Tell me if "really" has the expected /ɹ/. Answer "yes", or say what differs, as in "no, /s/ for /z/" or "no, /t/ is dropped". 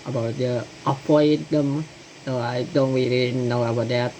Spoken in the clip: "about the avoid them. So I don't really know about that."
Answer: no, /w/ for /ɹ/